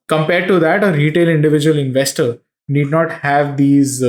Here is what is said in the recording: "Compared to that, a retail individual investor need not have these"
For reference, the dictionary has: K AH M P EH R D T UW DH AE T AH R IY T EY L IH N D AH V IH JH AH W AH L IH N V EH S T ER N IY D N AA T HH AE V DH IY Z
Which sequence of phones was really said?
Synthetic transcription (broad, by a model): K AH M P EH R D T UW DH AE T AH R IY T EY L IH N D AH V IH JH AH AH L IH N V EH S T ER N IY D N AA T HH AE V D IY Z